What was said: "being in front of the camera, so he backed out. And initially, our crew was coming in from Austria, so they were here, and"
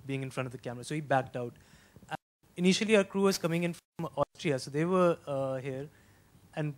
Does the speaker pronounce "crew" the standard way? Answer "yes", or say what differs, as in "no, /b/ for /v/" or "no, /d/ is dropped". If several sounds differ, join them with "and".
yes